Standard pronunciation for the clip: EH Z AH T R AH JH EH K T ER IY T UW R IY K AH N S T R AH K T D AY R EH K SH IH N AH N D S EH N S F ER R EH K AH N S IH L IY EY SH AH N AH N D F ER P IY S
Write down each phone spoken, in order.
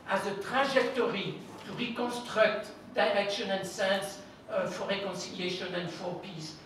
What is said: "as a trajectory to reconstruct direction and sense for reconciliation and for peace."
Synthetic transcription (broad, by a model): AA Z AH T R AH ZH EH K T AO IY T UW R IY K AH N S T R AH K T D AY R EH K SH IH N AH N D S EH N S F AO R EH K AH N S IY L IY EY SH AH N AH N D F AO P IY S